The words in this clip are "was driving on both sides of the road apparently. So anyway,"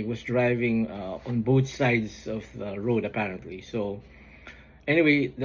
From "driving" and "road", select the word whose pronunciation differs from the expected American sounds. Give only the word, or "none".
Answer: none